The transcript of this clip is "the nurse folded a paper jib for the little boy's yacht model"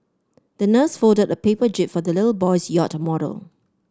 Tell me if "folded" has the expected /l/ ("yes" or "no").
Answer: no